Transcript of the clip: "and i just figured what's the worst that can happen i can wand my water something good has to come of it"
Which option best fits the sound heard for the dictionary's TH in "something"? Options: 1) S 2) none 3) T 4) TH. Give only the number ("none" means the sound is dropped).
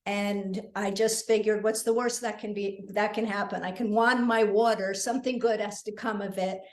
4